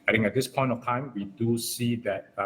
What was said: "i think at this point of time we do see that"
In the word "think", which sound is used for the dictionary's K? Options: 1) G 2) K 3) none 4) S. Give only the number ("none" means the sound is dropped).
3